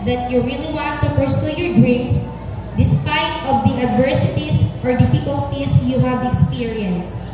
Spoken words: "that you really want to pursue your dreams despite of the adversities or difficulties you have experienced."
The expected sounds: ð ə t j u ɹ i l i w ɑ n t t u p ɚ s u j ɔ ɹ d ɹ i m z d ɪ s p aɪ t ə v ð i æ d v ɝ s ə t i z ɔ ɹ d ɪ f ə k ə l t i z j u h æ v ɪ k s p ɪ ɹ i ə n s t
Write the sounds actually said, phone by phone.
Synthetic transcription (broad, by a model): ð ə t j u ɹ i l i w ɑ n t t u p ɚ s u j ɔ ɹ d ɹ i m s d ɪ s p aɪ t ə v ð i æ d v ɝ s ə t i s ɔ ɹ d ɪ f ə k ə l t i s j u h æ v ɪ k s p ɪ ɹ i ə n s